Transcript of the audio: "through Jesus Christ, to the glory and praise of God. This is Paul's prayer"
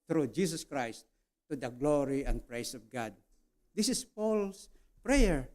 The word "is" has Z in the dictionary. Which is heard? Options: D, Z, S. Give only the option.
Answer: S